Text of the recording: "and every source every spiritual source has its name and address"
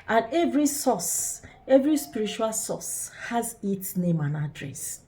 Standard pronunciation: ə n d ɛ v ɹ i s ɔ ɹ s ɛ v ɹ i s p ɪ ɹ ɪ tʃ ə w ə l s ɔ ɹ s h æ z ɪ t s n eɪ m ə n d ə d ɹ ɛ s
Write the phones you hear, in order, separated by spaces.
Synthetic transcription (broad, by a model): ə n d ɛ v ɹ i s ɔ s ɛ v ɹ i s p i ɹ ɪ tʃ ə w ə l s ɔ s h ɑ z ɪ t s n eɪ m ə n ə d ɹ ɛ s